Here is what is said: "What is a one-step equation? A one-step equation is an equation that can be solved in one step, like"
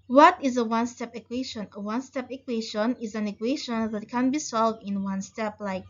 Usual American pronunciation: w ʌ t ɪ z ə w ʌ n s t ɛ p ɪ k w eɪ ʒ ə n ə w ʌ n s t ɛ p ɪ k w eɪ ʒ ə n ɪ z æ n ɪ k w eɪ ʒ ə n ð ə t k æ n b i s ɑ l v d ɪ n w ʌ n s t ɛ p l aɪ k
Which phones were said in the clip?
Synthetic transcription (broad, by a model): w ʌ t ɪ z ə w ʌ n s t ɛ p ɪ k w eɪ ʃ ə n ə w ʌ n s t ɛ p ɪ k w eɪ ʃ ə n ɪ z æ n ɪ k w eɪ ʃ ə n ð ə t k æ n b i s ɑ l v d ɪ n w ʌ n s t ɛ p l aɪ k